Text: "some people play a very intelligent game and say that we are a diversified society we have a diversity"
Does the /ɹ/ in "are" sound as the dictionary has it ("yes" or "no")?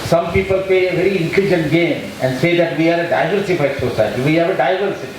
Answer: yes